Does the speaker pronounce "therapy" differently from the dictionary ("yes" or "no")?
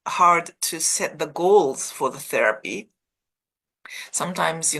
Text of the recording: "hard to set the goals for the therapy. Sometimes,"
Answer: no